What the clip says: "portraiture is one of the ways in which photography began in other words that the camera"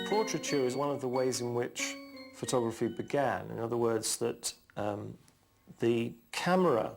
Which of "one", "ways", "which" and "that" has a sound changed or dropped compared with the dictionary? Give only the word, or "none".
none